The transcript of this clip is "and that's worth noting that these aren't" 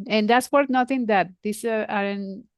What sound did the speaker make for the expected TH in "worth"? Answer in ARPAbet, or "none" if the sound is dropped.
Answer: T